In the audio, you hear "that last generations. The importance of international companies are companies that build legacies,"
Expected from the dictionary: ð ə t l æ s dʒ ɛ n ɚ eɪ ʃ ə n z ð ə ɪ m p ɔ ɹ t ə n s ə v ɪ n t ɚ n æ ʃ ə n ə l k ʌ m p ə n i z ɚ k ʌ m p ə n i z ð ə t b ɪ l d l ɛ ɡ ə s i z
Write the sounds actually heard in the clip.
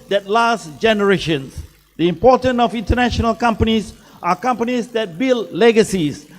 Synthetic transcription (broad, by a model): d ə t l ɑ s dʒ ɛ n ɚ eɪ ʃ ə n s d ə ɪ m p ɔ t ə n ə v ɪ n t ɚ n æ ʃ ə n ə l k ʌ m p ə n i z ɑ k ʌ m p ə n i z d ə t b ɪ l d l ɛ ɡ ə s i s